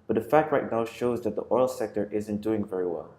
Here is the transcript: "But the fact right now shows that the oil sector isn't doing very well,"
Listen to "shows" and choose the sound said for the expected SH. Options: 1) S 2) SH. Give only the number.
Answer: 2